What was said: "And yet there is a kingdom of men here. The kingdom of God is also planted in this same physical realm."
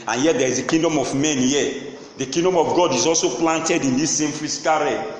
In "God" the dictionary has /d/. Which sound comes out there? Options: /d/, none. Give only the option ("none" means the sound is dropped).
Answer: /d/